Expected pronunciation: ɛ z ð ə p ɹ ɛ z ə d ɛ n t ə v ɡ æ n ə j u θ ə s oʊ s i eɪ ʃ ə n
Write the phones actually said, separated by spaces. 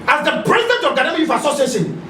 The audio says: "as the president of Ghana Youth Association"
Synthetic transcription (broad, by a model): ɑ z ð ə p ɹ ɛ z ə d ɛ n t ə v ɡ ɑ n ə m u f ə s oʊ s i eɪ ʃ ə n